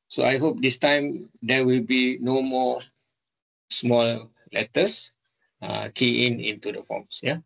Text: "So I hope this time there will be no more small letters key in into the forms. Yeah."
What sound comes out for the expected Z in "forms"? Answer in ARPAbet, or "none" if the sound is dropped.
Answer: S